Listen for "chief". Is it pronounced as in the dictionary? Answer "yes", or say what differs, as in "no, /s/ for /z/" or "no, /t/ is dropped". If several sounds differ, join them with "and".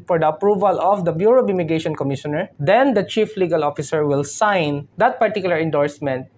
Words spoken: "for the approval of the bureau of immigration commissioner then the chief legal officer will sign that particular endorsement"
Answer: yes